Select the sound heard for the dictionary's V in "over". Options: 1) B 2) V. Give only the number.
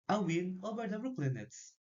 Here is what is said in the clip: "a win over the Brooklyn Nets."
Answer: 1